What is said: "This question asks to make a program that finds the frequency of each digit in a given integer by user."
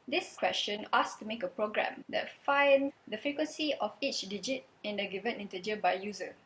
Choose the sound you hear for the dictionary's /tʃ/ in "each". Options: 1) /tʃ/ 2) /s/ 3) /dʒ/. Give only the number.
1